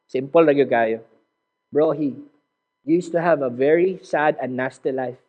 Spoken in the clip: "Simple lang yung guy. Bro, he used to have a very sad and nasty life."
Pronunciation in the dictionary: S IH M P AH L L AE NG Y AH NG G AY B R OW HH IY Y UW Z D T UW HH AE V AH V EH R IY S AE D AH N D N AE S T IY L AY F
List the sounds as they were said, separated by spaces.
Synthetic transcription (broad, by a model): S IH M P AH L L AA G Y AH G AY B R OW HH IY Y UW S T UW HH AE V AH V EH R IY S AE D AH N N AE S T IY L AY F